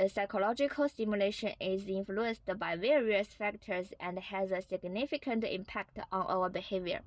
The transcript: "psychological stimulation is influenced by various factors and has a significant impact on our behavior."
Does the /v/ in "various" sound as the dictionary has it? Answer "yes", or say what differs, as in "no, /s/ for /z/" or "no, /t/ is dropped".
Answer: yes